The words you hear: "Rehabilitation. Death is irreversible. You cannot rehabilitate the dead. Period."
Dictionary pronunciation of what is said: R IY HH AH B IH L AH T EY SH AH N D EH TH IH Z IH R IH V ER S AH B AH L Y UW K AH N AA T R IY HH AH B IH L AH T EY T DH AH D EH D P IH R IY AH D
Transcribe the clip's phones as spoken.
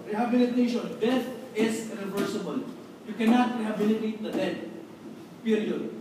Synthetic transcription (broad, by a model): R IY HH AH B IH L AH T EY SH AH N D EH S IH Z IH R IH V ER S AH B AH L Y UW K AH N AA T R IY HH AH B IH L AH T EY T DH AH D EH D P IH R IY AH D